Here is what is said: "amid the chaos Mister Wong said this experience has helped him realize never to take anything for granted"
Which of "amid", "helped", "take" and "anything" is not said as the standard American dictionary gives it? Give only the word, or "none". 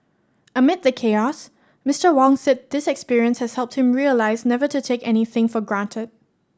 none